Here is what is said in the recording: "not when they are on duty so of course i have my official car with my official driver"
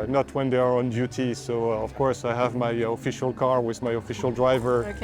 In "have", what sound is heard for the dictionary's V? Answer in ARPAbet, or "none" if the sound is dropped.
V